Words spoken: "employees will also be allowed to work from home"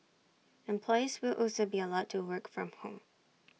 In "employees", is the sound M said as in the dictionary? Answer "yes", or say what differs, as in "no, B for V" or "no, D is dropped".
yes